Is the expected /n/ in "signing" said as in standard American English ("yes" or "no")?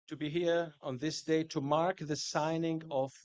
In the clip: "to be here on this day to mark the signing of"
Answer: yes